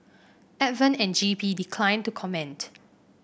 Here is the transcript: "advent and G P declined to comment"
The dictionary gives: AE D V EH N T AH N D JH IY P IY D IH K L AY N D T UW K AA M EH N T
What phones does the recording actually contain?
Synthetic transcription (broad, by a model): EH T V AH N AH N JH IY P IY D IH K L AY N T UW K AA M EH N T